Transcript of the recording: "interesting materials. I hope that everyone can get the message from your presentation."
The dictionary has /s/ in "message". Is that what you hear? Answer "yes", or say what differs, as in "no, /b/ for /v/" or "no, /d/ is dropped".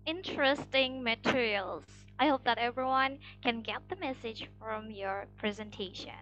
yes